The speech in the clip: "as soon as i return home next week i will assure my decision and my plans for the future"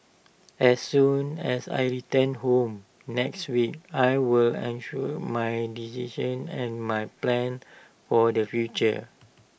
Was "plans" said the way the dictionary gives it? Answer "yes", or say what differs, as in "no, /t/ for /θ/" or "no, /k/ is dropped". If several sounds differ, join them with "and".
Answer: no, /z/ is dropped